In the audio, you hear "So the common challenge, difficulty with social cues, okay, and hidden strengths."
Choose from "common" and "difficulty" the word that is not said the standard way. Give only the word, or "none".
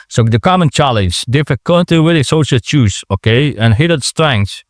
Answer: difficulty